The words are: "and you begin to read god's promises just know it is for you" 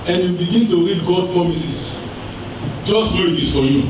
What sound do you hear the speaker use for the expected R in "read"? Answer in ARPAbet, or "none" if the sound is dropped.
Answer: R